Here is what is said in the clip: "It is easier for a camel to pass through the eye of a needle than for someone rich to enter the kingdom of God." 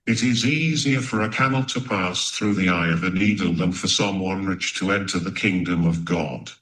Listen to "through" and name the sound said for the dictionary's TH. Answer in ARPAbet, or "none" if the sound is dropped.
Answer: TH